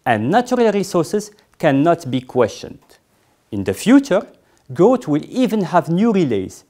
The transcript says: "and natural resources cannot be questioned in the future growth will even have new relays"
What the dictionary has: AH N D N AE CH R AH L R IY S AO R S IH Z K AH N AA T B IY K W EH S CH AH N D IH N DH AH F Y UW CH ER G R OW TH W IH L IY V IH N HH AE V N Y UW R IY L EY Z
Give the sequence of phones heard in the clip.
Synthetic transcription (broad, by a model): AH N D N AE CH R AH L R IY S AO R S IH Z K AH N AA T B IY K W EH S CH AH N D IH N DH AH F Y UW CH ER G OW T W IH L IY V IH N HH AE V N Y UW R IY L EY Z